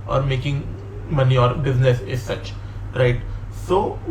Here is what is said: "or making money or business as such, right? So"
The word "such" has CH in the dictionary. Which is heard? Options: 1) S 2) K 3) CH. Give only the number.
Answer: 3